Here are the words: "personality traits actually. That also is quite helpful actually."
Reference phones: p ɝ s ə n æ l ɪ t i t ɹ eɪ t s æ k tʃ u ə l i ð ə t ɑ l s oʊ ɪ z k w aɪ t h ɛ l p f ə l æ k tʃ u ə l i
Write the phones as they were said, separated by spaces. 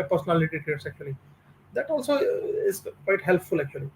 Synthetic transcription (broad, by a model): p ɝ s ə n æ l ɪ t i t eɪ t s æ k tʃ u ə l i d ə t ɑ l s oʊ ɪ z k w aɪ t h ɛ l p f ə l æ k tʃ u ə l i